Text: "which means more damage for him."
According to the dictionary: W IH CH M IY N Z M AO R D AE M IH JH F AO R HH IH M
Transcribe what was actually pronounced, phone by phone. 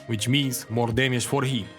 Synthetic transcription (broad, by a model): W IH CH M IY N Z M AO R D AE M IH SH F AO R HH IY